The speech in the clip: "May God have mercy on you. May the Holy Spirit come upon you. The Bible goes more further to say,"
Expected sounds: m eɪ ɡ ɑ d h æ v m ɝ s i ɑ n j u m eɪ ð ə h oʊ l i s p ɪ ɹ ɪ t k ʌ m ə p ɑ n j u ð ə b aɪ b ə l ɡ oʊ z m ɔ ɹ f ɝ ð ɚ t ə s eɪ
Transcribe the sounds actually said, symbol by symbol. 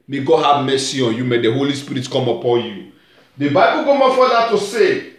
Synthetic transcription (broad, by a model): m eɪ ɡ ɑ h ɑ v m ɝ s i ɑ n j u m eɪ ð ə h oʊ l i s p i ɹ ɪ t k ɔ m ə p ɑ n j u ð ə b aɪ b ə l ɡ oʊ m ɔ f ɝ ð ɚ t ə s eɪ